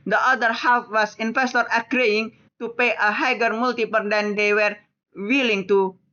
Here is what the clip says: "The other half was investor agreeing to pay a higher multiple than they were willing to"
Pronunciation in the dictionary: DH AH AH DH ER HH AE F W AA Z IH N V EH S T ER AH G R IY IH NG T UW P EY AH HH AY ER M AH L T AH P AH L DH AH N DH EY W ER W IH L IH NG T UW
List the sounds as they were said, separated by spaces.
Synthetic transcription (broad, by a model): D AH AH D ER HH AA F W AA S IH N F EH S T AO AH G R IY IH NG T UW P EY AH HH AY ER M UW L T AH P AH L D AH N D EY W ER W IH L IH NG T UW